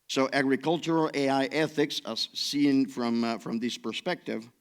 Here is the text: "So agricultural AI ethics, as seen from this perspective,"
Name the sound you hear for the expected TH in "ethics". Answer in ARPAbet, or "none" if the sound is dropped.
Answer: TH